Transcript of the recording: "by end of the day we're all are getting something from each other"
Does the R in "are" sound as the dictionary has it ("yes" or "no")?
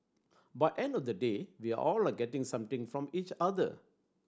no